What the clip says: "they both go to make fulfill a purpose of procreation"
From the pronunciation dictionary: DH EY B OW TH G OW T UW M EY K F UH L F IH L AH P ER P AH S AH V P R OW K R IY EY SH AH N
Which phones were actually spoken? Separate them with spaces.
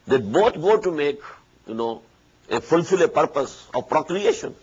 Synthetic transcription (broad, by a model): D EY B OW T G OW T UW M EY K F UH L F IH L AH P ER P AH S AH V P R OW K R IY EY SH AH N